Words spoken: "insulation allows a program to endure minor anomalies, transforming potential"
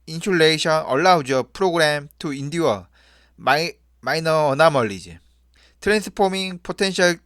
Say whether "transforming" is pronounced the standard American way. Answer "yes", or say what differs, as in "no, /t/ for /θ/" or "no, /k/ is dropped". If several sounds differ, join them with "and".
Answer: no, /p/ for /f/